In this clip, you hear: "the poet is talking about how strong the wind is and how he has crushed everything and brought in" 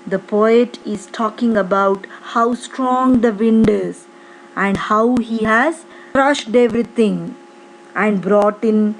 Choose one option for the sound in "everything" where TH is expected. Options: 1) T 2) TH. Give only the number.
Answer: 1